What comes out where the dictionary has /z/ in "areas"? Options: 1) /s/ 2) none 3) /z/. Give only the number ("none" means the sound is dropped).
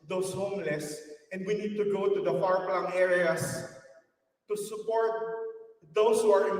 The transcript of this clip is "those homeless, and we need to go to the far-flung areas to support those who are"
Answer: 1